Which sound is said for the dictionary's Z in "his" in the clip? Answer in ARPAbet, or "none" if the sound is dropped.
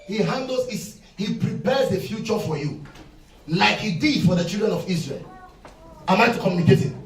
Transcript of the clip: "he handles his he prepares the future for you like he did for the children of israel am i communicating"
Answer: S